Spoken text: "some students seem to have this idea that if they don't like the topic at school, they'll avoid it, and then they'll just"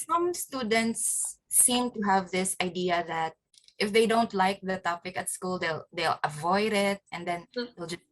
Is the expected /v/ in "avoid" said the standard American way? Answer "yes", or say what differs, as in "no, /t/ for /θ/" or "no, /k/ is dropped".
yes